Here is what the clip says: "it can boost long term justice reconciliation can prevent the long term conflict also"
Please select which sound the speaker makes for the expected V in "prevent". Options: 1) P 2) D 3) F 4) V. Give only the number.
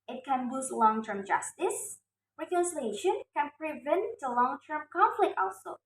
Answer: 4